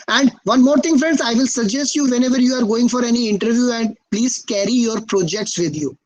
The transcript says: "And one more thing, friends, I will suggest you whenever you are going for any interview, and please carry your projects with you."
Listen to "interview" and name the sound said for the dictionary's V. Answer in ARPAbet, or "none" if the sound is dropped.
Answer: V